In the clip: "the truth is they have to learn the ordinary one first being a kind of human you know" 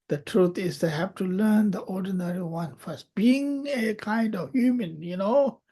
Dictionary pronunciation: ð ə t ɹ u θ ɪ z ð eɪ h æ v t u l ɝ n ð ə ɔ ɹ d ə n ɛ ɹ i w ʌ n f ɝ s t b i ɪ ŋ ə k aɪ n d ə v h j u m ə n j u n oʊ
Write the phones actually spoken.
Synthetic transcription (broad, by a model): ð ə t ɹ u t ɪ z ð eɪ h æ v t u l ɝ n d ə ɔ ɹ d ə n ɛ ɹ i w ʌ n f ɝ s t b i ɪ ŋ ə k aɪ n d ə v h j u m ə n j u n oʊ